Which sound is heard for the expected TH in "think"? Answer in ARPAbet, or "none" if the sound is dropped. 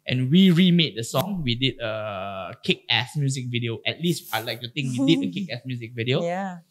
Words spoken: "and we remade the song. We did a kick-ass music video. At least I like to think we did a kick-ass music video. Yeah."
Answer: T